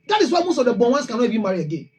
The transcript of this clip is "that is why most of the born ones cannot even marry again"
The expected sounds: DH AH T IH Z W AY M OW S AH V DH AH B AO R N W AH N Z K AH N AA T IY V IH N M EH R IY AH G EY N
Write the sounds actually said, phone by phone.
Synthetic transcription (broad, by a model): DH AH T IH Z W AY M OW S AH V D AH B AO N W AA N S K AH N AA IY B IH M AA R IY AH G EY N